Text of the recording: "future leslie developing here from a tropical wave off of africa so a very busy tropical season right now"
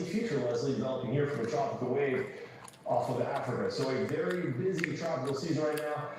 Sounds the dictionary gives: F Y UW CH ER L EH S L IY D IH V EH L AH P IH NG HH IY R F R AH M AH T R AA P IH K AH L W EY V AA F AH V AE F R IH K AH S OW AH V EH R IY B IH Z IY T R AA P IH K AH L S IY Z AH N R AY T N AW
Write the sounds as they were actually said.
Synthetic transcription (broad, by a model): F Y UW CH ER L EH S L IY D IH V EH L AH P IH NG HH IY R F R AH M AH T AA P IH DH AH W EY V AA F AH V AE F R IH K AH S OW AH V EH R IY B IH Z IY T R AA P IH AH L S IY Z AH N R AY T N AW